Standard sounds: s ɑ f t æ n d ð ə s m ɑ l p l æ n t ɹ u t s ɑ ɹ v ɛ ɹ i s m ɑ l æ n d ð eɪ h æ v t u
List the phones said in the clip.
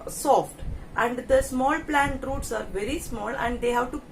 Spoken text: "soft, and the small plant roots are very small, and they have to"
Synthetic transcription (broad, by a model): s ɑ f t æ n d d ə s m ɑ l p l æ n t ɹ u t s ɑ ɹ v ɛ ɹ i s m ɑ l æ n d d eɪ h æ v t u